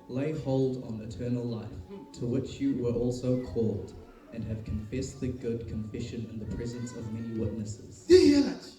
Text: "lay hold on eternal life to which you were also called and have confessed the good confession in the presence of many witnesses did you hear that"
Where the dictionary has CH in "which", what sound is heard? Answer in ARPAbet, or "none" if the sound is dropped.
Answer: CH